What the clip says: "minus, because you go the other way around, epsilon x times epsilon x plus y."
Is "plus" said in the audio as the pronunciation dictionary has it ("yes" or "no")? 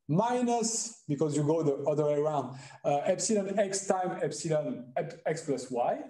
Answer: yes